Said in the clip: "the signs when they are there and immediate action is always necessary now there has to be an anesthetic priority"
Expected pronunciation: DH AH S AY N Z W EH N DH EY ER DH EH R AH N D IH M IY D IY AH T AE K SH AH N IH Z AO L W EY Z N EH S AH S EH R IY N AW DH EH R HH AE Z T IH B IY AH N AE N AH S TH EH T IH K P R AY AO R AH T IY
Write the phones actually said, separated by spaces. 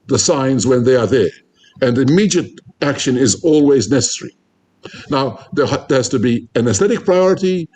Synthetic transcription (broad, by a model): DH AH S AY N Z W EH N DH EY ER DH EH R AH N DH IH M IY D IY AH T AE K SH AH N IH Z AO L W EY Z N EH S AH S EH R IY N AW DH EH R HH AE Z T IH B IY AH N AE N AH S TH EH T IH K P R AY AO R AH T IY